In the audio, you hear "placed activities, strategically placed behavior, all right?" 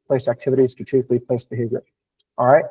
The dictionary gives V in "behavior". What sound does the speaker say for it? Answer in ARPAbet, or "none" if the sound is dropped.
V